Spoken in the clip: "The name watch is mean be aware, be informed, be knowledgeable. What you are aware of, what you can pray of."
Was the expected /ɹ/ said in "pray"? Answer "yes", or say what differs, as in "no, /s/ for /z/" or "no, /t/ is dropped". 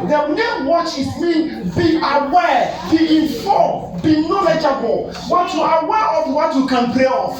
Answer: no, /l/ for /ɹ/